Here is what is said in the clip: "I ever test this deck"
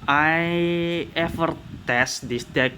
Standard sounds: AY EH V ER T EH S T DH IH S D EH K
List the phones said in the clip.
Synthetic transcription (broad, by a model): AY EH F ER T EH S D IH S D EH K